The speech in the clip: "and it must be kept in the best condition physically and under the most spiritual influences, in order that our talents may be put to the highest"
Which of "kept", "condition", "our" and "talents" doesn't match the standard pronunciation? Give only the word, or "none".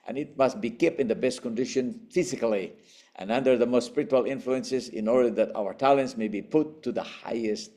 kept